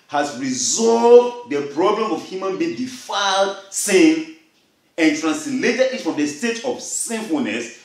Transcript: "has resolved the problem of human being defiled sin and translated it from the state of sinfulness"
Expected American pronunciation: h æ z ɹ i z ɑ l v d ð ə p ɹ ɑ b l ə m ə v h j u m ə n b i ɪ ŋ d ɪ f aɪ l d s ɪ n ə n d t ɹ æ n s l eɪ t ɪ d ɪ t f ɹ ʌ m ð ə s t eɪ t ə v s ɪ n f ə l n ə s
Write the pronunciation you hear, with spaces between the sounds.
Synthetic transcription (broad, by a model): h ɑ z ɹ i z ɑ l v d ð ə p ɹ ɑ b l ə m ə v h j u m ə n b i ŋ d ɪ f aɪ l d s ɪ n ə n t ɹ æ n s l eɪ t ɪ d ɪ t f ɹ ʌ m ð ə s t eɪ t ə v s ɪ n f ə l n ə s